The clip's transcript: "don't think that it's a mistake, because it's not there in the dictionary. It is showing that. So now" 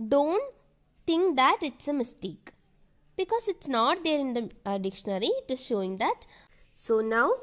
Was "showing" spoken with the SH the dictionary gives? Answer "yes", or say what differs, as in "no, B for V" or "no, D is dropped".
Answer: yes